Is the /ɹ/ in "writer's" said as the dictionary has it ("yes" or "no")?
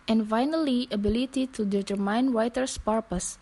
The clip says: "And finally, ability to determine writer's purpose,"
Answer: no